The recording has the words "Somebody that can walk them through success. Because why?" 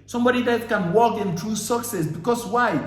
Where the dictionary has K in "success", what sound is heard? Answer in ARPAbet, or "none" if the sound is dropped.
K